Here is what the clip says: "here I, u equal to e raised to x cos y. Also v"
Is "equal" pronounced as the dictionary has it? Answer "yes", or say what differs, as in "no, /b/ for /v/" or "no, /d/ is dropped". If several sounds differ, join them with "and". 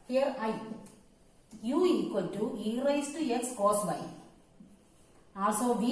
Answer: no, /n/ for /l/